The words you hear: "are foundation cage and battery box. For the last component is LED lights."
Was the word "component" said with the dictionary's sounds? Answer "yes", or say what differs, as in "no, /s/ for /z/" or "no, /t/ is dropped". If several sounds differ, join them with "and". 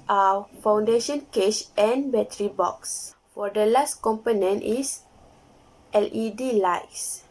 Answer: yes